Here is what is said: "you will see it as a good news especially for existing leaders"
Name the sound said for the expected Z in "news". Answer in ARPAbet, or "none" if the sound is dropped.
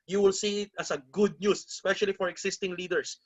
S